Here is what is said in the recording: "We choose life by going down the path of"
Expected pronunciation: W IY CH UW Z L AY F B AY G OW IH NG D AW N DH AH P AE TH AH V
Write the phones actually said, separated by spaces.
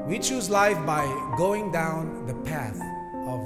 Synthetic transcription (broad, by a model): W IY CH UW Z L AY F B AY G OW IH NG D AW N DH AH P AE TH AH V